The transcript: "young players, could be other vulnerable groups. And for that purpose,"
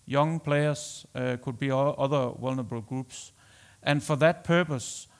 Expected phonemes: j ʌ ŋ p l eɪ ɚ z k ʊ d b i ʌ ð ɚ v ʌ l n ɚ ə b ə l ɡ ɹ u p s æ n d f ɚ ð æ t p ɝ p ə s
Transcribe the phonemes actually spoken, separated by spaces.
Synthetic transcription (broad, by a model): j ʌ ŋ p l eɪ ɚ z k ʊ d b i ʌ ð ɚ w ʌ l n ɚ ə b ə l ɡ ɹ u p s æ n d f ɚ ð æ t p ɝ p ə s